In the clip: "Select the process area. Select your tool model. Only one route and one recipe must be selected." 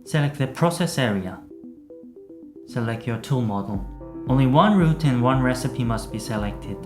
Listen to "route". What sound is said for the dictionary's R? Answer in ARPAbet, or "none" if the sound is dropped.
R